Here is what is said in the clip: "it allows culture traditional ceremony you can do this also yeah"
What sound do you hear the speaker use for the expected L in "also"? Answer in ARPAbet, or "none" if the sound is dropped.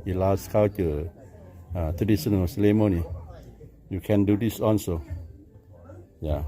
N